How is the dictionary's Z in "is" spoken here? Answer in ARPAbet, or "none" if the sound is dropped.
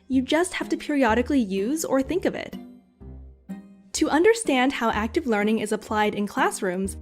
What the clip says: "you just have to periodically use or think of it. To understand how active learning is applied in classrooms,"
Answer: Z